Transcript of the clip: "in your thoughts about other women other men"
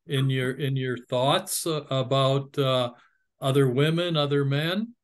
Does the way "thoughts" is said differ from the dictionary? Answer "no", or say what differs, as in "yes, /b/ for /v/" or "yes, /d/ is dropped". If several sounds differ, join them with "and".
no